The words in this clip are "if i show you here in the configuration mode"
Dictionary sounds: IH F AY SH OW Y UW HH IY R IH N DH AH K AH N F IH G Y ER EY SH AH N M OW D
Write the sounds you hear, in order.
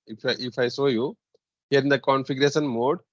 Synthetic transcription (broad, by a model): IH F AY S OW Y UW HH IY R IH N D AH K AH N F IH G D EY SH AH N M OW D